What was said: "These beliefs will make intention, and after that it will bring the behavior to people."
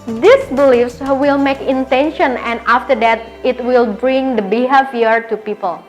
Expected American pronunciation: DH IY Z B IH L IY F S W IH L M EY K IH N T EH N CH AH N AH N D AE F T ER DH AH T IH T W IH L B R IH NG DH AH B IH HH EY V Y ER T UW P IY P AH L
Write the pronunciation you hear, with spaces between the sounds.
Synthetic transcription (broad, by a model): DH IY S B IH L IY F S W IH L M EY K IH N T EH N SH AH N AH N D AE F T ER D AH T IH T W IH L B R IH NG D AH B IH HH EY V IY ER T UW P IY P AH L